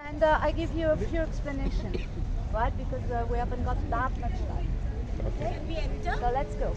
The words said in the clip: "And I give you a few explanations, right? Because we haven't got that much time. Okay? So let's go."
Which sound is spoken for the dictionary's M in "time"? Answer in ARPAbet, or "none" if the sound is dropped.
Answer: none